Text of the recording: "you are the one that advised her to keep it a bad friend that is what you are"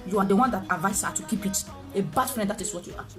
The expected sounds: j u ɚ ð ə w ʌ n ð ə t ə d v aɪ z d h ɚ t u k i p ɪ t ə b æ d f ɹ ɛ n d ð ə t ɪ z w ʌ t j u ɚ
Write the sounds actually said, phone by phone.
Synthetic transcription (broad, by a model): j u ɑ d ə w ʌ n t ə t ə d v aɪ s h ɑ t u k i p ɪ t ə b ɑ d f ɹ ɛ n d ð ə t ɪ s w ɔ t j u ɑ